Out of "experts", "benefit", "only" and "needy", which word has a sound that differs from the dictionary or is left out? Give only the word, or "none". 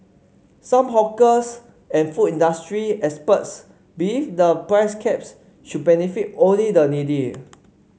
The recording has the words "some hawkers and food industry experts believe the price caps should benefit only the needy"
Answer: experts